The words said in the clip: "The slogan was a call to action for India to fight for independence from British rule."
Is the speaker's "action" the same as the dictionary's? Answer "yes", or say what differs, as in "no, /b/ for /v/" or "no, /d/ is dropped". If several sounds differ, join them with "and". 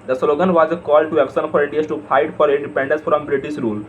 no, /s/ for /ʃ/